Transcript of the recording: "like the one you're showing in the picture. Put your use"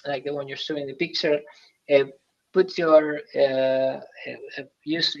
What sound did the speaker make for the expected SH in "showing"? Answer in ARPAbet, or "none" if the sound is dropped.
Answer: S